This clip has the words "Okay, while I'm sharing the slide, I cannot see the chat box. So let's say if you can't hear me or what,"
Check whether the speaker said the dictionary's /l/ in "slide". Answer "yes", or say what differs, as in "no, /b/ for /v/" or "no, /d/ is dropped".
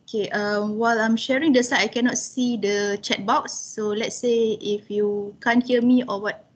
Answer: no, /l/ is dropped